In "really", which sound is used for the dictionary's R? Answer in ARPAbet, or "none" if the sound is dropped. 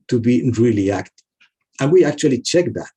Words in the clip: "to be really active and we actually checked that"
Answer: R